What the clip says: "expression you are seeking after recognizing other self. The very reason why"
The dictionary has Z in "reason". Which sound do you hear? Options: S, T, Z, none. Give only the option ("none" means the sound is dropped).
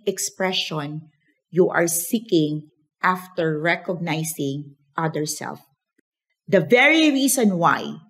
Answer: S